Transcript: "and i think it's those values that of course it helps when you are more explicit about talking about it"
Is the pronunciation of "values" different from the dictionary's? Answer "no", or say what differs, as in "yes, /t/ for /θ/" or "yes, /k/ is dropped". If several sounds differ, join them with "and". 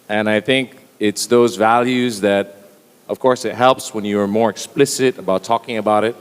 no